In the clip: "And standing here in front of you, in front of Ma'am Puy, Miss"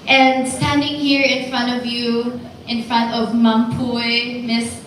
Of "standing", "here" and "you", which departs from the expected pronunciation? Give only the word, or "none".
none